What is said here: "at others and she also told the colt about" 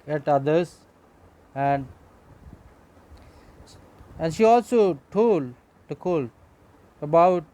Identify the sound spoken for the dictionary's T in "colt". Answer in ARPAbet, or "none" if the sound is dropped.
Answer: none